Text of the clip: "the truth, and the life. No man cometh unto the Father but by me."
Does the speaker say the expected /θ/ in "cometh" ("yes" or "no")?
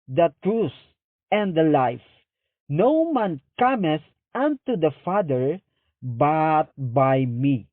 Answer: no